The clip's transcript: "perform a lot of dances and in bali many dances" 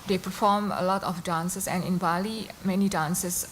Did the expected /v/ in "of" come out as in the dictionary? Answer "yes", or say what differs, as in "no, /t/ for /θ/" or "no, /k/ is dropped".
no, /f/ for /v/